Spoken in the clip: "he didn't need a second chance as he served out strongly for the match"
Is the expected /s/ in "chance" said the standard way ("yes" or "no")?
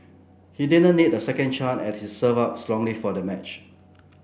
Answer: no